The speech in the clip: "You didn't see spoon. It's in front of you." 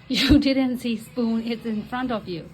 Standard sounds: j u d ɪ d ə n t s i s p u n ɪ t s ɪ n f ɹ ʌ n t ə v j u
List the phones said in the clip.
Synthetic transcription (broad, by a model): j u d ɪ d ə n t s i s p u n ɪ t s ɪ n f ɹ ʌ n t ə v j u